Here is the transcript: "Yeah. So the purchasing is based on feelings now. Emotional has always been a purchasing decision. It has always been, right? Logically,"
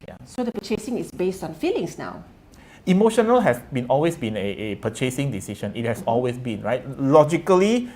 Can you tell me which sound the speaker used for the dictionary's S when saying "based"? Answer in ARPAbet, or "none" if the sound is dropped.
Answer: S